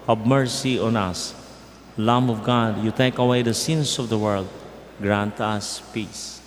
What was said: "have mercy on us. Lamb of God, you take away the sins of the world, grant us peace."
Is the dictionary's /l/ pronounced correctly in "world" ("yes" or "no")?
yes